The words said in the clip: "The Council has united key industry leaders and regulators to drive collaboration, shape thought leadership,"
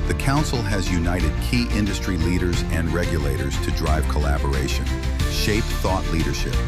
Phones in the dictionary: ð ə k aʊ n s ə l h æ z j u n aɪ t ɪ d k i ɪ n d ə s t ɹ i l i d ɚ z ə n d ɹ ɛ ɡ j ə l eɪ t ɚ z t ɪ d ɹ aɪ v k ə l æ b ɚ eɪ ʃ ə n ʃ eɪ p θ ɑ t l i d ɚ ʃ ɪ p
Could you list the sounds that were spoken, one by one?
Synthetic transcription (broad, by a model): ð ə k aʊ n s l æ z j u n aɪ t ɪ d k i ɪ n d ə s t ɹ i l i d ɚ z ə n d ɹ ɛ ɡ j ə l eɪ t ɚ z t ɪ d ɹ aɪ v k ə l æ b ɚ eɪ ʃ ə n ʃ eɪ p θ ɑ t l i d ɚ ʃ ɪ p